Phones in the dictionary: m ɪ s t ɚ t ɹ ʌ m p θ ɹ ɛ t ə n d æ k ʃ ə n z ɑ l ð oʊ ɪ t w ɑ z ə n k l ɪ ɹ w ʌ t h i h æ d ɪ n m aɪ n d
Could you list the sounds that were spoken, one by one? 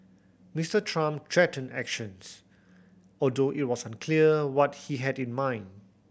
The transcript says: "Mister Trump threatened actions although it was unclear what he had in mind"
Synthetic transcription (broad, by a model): m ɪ s t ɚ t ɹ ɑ m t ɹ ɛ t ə n æ k ʃ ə n s ɑ l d oʊ ɪ t w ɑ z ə n k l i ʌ w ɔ t h i h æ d ɪ n m aɪ n d